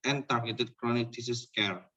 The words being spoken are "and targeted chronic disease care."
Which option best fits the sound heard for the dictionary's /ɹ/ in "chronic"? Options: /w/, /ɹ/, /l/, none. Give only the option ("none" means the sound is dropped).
/ɹ/